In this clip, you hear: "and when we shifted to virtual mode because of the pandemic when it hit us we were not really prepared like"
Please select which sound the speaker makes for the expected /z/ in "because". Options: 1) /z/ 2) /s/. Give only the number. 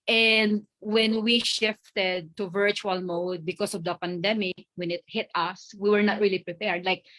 2